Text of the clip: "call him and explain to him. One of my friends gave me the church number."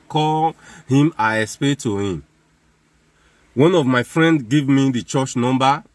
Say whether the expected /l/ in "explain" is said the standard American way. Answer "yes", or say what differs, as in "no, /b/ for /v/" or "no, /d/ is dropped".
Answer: no, /l/ is dropped